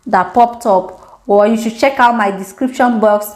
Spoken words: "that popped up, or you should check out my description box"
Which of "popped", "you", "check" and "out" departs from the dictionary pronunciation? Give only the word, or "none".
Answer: none